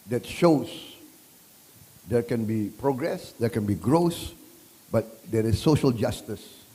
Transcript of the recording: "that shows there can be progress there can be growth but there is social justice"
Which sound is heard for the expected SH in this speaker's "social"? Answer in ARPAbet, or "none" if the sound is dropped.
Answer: SH